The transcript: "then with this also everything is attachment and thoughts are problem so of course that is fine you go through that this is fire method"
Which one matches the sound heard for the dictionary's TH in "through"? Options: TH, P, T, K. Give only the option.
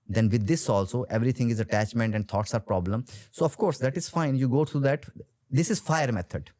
T